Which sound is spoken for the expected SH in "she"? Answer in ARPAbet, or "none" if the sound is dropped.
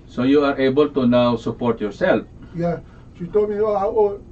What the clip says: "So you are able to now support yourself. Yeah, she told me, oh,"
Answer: S